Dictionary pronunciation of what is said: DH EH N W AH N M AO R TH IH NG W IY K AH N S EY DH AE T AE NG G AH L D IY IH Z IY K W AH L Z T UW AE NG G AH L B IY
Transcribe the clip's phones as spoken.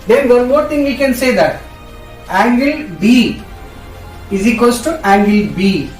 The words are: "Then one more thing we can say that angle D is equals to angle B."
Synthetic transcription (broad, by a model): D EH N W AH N M AO R T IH NG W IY K AH N S EY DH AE T AE NG G AH L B IY IH Z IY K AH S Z T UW AE NG G AH L B IY